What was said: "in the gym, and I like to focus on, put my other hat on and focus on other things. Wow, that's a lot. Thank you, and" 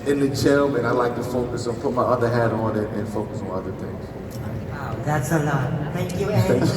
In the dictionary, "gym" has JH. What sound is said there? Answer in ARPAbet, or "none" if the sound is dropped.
CH